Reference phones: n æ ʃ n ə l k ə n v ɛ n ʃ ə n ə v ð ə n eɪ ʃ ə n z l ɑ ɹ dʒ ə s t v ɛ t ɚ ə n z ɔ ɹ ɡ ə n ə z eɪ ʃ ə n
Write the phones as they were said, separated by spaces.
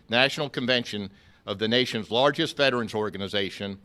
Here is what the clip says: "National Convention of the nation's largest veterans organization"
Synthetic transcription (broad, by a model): n æ ʃ n l k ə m v ɛ n ʃ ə n ə v ð ə n eɪ ʃ ə n z l ɑ ɹ dʒ ə s t f ɛ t ɚ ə n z ɔ ɹ ɡ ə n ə z eɪ ʃ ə n